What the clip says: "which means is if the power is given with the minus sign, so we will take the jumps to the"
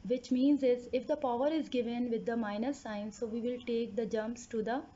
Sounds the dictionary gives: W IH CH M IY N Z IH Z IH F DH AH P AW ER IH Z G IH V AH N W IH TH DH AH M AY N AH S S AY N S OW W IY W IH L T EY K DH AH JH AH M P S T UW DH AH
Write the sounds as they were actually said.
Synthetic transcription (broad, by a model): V IH CH M IY N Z IH Z IH F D AH P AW ER IH Z G IH V AH N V IH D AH M AY N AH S S AY N S OW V IY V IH L T EY K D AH JH AH M P S T UW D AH